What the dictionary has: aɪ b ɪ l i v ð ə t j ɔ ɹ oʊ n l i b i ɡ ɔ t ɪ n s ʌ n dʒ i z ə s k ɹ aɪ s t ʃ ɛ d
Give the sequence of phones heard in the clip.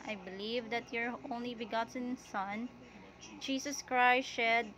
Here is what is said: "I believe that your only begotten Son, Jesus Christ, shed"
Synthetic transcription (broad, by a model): aɪ b ɪ l i v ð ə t j ɔ ɹ oʊ n l i b i ɡ ɔ t ɪ n s ʌ n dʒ i s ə s k ɹ aɪ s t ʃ ɛ d